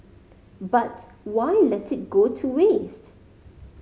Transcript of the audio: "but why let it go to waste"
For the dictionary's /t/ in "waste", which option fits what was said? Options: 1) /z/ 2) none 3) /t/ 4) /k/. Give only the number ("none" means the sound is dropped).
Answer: 3